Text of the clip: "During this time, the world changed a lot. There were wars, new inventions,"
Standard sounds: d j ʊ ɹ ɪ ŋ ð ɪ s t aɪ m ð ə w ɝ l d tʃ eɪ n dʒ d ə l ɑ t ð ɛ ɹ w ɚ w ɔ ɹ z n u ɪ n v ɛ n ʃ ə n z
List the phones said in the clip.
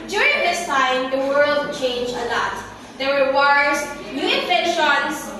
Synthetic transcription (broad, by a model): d j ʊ ɹ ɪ ŋ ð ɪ s t aɪ m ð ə w ɝ l d tʃ eɪ n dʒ ə l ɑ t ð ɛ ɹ w ɚ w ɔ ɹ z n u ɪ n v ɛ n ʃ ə n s